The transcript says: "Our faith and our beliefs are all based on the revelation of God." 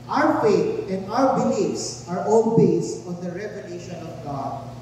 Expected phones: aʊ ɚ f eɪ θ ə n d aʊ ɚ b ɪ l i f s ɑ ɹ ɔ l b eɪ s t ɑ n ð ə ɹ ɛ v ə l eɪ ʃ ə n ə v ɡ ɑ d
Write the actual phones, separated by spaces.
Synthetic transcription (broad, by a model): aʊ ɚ f eɪ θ ə n d aʊ ɚ b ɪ l i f s ɑ ɹ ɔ n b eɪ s ɑ n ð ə ɹ ɛ v ə l eɪ ʃ ə n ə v ɡ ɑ d